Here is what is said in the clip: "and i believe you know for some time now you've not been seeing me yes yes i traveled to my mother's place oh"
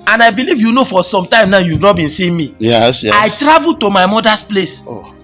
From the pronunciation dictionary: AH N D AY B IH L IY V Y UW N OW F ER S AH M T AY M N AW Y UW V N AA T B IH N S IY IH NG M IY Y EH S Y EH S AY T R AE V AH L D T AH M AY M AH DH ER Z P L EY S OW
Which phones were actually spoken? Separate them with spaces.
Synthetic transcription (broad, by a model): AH N AY B IH L IY V Y UW N OW F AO S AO M T AY M N AW Y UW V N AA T B IH N S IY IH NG M IY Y Y EH S AY T R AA V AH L T AH M AY M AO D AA S P L EY S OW